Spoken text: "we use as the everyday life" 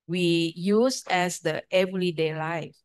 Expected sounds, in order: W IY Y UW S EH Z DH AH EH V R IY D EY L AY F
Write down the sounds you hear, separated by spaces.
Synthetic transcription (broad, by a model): W IY Y UW S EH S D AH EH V L IY D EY L AY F